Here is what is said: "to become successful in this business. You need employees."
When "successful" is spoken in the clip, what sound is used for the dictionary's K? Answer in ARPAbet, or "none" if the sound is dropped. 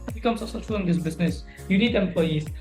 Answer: none